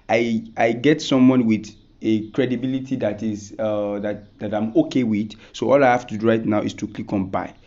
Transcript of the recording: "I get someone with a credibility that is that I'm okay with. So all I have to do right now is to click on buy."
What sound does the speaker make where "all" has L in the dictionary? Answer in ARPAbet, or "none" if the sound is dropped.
L